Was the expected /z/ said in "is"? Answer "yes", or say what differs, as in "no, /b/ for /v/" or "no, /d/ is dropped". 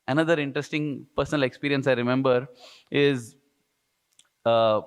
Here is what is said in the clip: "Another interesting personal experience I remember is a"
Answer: yes